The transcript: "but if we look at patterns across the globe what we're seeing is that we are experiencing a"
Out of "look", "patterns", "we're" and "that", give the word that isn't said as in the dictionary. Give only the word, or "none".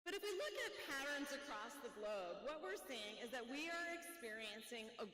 none